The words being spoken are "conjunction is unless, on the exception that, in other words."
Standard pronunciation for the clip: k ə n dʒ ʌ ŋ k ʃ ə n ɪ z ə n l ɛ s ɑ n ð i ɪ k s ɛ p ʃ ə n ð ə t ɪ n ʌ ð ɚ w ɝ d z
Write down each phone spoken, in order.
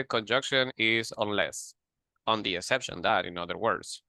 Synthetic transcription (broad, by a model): k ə n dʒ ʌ ŋ k ʃ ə n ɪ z ə n l ɛ s ɑ n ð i ɪ k s ɛ p ʃ ə n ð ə t ɪ n ʌ ð ɚ w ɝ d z